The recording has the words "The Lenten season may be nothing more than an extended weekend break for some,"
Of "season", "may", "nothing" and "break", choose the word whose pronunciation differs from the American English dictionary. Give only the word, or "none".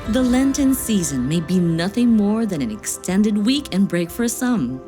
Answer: none